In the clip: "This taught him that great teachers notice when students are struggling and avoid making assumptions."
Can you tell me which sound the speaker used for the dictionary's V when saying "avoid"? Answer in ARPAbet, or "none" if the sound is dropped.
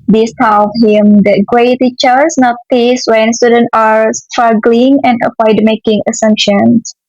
P